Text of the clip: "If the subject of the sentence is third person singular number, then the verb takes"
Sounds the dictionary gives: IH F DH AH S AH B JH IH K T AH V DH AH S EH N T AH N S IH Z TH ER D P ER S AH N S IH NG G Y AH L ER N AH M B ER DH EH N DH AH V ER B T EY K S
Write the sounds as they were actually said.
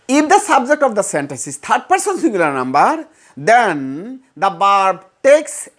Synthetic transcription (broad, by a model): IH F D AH S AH B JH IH K T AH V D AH S EH N T AH N S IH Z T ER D P ER S AH N S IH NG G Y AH L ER N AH M B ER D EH N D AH B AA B T EY K S